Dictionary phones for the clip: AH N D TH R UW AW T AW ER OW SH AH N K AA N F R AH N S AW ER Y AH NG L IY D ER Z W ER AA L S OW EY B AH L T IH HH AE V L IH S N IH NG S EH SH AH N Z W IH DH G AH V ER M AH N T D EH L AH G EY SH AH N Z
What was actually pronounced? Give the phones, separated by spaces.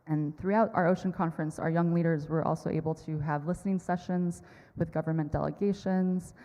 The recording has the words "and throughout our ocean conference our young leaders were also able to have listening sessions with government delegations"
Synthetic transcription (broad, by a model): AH N TH R UW AW T AW ER OW SH AH N K AA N F R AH N S AW ER Y AH NG L IY D ER Z W ER AA L S OW EY B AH L T IH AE V L IH S N IH NG S EH SH AH N Z W IH DH G AH V ER M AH N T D EH L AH G EY SH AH N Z